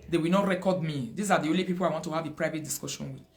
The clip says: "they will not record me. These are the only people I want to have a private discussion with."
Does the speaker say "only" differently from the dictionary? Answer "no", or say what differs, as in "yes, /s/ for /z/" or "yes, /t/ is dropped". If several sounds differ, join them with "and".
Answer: no